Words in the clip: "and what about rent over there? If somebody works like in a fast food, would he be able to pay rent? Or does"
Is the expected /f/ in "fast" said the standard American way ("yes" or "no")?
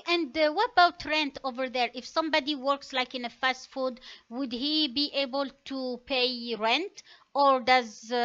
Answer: yes